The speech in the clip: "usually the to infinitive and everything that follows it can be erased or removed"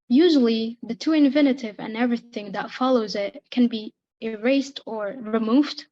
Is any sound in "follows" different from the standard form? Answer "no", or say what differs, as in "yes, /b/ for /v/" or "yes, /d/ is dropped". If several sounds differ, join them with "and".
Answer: no